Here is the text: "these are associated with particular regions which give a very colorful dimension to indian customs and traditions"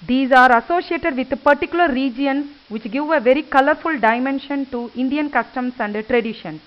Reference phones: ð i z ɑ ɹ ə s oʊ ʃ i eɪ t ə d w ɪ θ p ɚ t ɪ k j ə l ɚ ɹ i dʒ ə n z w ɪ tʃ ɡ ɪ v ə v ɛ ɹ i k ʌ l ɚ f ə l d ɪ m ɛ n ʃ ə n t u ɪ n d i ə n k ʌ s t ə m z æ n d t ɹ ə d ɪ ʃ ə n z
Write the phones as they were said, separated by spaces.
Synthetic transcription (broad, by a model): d i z ɑ ɹ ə s oʊ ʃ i eɪ t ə d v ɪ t p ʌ t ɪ k j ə l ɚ ɹ i dʒ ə n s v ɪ tʃ ɡ ɪ v ə v ɛ ɹ i k ʌ l ɚ f ə l d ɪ m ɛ n ʃ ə n t u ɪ n d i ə n k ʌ s t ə m s æ n d t ɹ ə d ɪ ʃ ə n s